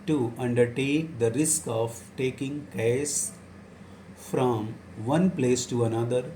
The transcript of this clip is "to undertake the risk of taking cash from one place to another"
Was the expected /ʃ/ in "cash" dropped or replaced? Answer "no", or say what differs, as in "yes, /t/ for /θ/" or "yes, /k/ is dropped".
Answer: yes, /s/ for /ʃ/